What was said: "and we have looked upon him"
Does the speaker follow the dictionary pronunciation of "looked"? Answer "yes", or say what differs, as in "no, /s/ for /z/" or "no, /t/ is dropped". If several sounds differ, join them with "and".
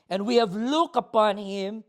no, /t/ is dropped